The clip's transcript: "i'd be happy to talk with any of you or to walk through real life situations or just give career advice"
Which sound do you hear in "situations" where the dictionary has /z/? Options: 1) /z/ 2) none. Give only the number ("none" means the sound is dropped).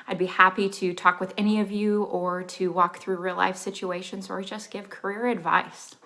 1